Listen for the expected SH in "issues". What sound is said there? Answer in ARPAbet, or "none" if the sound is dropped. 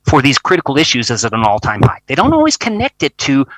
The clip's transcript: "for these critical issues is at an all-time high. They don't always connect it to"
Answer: SH